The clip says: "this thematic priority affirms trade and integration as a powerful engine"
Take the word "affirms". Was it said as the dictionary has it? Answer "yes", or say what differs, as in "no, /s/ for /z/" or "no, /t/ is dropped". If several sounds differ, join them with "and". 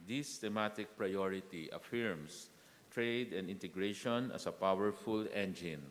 no, /s/ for /z/